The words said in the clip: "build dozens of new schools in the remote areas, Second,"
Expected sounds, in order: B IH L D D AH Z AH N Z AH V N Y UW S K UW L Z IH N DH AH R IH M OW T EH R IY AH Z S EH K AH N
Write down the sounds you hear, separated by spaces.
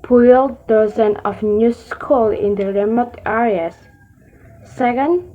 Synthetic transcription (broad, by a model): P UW L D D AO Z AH N AH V N Y UW S K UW L IH N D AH R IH M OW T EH R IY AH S S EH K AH N